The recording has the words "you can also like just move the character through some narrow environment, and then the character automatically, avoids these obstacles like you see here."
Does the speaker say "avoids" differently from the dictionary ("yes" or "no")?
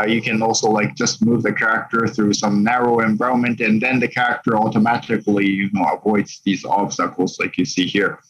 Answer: no